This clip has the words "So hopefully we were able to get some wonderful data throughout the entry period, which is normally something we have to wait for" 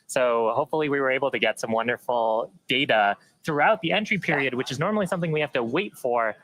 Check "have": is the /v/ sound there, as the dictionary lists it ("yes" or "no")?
no